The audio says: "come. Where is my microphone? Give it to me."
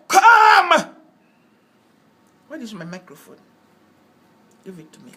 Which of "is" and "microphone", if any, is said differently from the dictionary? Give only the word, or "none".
is